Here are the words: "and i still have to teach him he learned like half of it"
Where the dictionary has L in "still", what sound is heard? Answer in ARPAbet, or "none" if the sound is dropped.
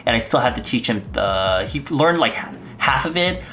L